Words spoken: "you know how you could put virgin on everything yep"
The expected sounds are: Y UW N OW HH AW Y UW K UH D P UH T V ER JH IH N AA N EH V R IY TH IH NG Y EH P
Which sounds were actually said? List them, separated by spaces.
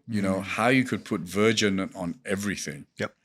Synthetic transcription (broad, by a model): Y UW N OW HH AW Y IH K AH D P UH T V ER JH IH N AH N EH V R IY TH IH NG Y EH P